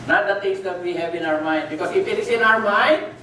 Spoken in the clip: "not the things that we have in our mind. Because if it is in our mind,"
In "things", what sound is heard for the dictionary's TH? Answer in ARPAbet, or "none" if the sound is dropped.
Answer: T